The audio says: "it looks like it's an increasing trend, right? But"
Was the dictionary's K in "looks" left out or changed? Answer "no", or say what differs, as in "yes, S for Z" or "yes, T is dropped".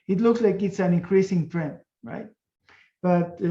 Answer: no